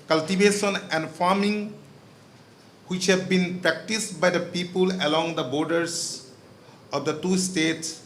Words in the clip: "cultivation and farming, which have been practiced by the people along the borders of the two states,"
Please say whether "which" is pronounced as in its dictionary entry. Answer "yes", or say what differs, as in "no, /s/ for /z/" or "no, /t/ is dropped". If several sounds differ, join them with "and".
yes